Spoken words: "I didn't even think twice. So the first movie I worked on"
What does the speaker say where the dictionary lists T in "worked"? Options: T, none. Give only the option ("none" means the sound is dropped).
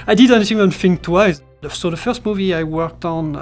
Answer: T